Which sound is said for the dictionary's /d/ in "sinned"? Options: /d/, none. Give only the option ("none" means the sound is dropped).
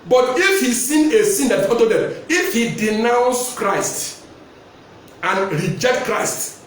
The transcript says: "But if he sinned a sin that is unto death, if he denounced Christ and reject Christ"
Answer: none